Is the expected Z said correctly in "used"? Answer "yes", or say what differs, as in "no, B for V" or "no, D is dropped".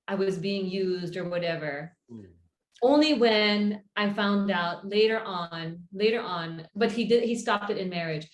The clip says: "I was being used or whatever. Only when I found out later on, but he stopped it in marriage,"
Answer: yes